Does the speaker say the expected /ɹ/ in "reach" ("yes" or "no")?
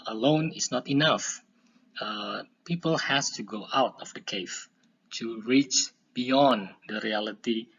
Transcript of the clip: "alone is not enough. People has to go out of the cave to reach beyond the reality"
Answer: yes